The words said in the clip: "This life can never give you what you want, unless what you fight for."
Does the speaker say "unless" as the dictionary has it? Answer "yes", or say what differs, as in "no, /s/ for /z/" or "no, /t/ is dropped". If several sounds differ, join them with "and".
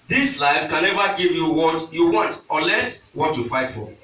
no, /n/ is dropped